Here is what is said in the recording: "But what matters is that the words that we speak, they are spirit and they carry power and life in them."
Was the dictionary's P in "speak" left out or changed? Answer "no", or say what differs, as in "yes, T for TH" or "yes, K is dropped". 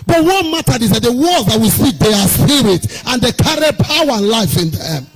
yes, P is dropped